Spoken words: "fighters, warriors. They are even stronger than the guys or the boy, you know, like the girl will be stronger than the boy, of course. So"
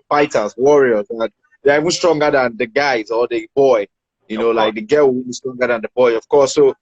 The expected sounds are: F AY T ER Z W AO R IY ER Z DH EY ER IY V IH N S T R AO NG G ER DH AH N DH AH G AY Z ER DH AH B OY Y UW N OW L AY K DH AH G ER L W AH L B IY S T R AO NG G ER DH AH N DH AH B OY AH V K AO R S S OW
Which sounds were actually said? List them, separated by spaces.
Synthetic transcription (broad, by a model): F AY T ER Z W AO R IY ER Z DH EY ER IY V IH N S T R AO NG G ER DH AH N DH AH G AY Z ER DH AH B OY Y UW N OW L AY K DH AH G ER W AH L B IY S T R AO NG G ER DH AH N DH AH B OY AH V K AO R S S OW